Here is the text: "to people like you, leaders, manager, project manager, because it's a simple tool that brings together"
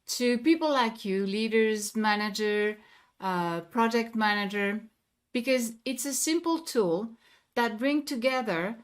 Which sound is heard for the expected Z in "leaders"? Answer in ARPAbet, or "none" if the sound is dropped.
Z